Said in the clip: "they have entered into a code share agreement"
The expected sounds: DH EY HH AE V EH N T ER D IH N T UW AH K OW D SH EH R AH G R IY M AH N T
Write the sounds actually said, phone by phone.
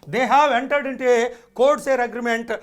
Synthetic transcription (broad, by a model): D EY HH AE V EH N T ER D IH N T UW AH K OW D S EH R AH G R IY M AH N T